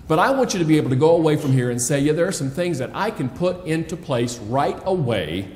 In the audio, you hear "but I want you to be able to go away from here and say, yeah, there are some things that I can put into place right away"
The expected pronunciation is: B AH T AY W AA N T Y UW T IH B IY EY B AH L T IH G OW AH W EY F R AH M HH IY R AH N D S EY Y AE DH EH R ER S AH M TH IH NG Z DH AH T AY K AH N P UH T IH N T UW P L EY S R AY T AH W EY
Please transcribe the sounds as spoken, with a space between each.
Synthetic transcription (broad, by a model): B AH T AY W AA N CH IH T IH B IY EY B L T IH G OW AH W EY F R AH M HH IY R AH N S EY Y AE DH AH R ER S AH M TH IH NG Z DH AH T AY K AH N P UH T IH N T UW P L EY S R AY T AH W EY